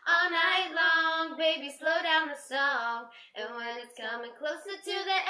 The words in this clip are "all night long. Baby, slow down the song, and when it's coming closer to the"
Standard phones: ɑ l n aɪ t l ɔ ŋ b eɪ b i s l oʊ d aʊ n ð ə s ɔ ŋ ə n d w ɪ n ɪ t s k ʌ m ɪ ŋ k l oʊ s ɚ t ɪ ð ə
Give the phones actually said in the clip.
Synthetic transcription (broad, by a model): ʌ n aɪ l ɔ ŋ b eɪ b i s l oʊ d aʊ n ð ə s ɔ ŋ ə n w ɪ n ɪ t s k ʌ m ɪ ŋ k l oʊ s ɚ t ɪ ð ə